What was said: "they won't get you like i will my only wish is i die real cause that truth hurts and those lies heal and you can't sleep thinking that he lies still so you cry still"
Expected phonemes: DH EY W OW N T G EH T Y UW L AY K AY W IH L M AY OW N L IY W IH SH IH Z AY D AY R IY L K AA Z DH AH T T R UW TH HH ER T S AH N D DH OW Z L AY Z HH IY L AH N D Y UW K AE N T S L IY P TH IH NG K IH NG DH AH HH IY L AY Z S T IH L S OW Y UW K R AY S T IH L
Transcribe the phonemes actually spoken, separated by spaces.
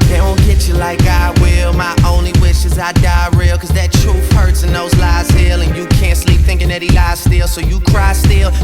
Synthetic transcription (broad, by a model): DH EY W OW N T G EH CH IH L AY K AY W IH L M AY OW N L IY W IH SH IH Z AY D AY R IY L K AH Z DH AH T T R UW F HH ER T S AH N DH OW Z L AY Z HH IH L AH N Y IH K AE N T S L IY P TH IH NG K IH NG DH AH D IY L AY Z S T IH L S OW Y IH K R AY S T IH L